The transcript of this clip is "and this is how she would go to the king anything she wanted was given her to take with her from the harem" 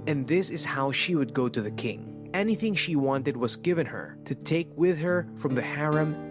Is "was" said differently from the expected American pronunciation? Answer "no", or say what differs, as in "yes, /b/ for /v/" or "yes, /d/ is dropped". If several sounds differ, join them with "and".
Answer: no